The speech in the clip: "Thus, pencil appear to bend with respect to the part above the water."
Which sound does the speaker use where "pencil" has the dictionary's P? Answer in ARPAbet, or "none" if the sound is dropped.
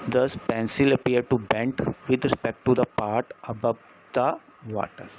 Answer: P